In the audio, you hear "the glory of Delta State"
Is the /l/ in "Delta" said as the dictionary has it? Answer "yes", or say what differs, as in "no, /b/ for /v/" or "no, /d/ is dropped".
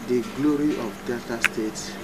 no, /l/ is dropped